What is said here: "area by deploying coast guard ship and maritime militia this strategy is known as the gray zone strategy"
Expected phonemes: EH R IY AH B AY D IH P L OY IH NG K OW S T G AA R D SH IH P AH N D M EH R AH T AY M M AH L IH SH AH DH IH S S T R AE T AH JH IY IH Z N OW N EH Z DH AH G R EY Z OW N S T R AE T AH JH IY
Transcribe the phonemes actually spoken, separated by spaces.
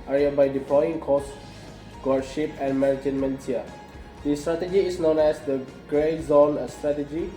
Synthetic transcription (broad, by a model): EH R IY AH B AY D IH P L OY IH NG K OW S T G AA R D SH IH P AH N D M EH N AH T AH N M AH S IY AH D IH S S T R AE T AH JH IY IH S N OW N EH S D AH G R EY Z OW N S T R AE T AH JH IY